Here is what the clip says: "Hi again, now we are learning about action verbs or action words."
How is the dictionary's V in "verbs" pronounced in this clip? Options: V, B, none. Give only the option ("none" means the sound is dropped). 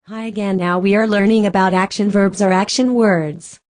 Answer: V